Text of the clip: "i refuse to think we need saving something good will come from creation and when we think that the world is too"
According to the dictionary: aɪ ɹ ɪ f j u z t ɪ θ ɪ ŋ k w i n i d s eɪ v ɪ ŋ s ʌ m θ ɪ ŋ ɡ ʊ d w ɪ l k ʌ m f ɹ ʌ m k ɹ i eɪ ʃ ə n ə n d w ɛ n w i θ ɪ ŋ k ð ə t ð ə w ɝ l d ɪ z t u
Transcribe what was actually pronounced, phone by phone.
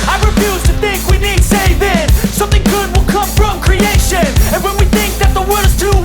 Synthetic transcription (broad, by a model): aɪ ɹ ɪ f j u z t ɪ θ ɪ ŋ k w i n i d s eɪ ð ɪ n s ʌ m θ ɪ ŋ ɡ ʊ d w ɪ l k ʌ m f ɹ ʌ m k ɹ i eɪ ʃ ə n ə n w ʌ n w i θ ɪ ŋ k ð ə t ð ə w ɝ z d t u